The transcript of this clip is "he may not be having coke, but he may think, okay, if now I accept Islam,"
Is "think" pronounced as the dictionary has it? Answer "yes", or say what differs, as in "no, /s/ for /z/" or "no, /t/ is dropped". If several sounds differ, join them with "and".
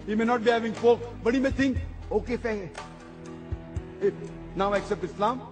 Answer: no, /t/ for /θ/